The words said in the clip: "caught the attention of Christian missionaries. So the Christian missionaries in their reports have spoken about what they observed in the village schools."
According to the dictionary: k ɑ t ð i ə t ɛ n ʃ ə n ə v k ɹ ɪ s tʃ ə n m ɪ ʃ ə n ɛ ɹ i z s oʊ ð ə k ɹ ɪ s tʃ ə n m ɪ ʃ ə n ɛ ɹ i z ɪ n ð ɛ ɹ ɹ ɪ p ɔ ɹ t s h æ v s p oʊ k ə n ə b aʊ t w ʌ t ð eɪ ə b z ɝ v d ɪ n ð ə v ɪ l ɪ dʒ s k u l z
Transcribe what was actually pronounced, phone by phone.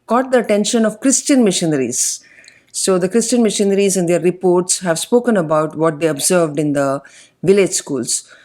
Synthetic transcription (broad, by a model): k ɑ t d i ə t ɛ n ʃ ə n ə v k ɹ ɪ s tʃ ə n m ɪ ʃ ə n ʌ ɹ i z s oʊ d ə k ɹ ɪ s tʃ ə n m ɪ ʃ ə n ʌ ɹ i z ɪ n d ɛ ɹ ɹ ɪ p ɔ ɹ t s h æ v s p oʊ k ə n ə b aʊ t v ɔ t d eɪ ə b z ɝ v d ɪ n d ə v ɪ l ɪ dʒ s k u l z